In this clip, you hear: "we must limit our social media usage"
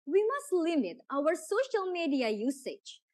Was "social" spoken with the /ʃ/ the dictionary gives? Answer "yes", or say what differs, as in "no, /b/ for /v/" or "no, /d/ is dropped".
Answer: yes